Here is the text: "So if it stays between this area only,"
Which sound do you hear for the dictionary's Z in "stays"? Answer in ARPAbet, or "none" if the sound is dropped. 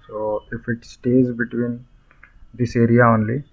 Z